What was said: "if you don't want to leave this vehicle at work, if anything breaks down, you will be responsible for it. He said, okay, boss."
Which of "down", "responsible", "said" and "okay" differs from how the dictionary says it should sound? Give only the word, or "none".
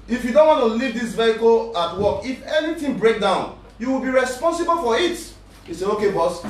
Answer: said